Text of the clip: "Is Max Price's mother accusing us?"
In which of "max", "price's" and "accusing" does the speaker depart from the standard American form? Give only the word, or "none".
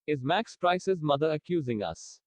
none